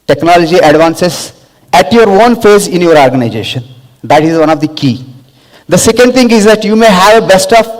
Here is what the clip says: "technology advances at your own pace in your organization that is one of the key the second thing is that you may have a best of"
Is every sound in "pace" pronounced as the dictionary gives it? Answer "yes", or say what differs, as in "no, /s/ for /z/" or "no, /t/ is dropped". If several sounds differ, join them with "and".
no, /f/ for /p/